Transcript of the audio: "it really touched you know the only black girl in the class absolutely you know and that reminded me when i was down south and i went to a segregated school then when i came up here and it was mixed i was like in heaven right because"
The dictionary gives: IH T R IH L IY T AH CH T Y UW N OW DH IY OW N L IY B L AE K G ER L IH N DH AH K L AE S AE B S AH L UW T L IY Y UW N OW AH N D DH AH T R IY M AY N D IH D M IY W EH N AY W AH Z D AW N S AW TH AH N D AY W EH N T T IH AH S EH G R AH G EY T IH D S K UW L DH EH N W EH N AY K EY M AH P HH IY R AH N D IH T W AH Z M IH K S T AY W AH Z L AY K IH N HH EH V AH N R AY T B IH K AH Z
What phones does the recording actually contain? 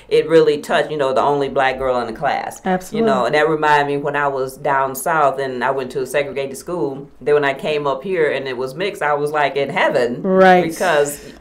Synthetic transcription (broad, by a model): IH T R IH L IY T AH CH T Y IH N OW DH IY OW N L IY B L AE K G ER L IH N DH AH K L AE S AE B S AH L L Y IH N OW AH N DH AH T R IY M AY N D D M IY W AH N AY W AH Z D AW N S AW TH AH N AY W EH N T T IH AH S EH G R AH G EY T IH D S K UW L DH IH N W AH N AY K EY M AH P HH IY R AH N IH T W AH Z M IH K S AY W AH Z L AY K IH N HH EH V AH N R AY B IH K AH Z